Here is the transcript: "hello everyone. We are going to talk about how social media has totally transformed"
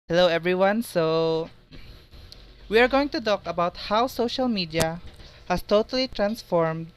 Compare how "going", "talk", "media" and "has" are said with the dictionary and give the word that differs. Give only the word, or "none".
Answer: has